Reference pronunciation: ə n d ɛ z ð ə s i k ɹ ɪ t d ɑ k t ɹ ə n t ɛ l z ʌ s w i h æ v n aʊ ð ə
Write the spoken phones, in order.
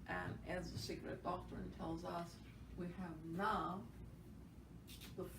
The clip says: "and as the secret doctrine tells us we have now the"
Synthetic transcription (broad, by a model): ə n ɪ z ð ə s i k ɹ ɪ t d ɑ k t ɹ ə n t ɛ l z ʌ s w i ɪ v n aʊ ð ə